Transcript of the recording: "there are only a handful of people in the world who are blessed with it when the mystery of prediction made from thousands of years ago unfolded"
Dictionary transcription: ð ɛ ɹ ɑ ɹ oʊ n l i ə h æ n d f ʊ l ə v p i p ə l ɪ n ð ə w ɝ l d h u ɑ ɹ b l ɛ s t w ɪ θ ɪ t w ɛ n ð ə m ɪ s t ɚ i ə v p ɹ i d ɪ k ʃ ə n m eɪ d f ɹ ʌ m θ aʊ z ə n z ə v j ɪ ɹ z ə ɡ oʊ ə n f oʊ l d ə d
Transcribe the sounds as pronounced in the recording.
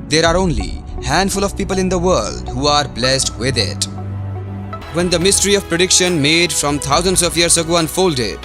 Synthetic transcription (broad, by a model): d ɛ ɹ ɑ ɹ oʊ n l i h æ n d f ʊ l ə v p i p ə l ɪ n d ə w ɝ l d h u ɑ ɹ b l ɛ s t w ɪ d ɪ t w ɛ n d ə m ɪ s t ɚ i ə v p ɹ i d ɪ k ʃ ə n m eɪ d f ɹ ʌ m t aʊ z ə n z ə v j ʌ ɹ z ə ɡ oʊ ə n f oʊ l d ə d